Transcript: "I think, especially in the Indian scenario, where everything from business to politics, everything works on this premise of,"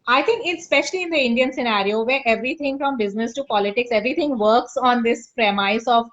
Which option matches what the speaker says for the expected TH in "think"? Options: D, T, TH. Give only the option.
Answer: T